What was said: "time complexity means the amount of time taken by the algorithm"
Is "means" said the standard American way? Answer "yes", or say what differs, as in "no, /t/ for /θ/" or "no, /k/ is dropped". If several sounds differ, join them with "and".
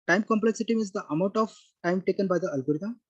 no, /n/ is dropped